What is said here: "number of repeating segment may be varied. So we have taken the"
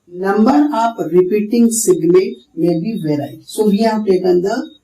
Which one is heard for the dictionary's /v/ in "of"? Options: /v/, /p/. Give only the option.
/p/